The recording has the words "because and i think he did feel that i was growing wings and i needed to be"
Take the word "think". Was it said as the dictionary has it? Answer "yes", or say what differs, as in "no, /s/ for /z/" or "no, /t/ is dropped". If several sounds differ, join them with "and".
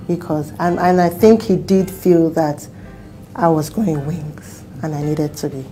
yes